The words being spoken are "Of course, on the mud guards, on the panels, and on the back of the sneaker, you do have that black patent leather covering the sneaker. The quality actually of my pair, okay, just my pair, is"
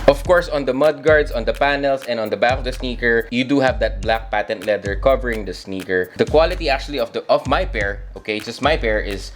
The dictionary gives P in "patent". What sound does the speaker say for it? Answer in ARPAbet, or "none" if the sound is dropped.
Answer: P